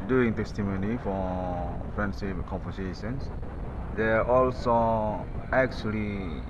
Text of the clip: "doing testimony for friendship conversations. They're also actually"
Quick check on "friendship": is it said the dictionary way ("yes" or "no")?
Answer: no